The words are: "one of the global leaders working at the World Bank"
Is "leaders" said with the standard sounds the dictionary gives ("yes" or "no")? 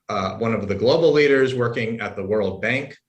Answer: yes